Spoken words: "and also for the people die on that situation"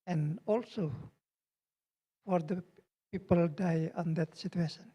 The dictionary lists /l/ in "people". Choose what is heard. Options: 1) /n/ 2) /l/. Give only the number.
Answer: 2